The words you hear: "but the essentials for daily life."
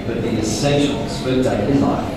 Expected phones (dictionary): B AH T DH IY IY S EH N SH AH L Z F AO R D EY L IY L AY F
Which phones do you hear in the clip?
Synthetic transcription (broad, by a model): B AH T DH IY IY S EH N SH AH L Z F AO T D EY IY L AY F